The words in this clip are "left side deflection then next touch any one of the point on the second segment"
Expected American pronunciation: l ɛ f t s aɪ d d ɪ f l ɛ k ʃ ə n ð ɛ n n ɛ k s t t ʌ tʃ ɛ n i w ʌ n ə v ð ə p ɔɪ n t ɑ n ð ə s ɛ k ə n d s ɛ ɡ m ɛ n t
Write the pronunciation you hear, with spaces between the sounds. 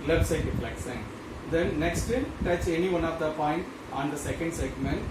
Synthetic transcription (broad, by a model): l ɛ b s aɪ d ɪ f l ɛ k s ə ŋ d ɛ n n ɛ k s t t ʌ tʃ ɛ n i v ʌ n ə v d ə p ɔɪ n t ɑ n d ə s ɛ k ə n d s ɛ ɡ m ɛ n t